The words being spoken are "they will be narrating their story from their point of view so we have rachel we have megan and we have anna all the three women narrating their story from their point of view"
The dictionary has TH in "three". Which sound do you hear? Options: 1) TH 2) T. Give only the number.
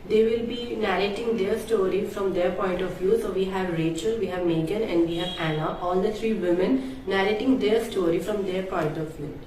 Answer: 2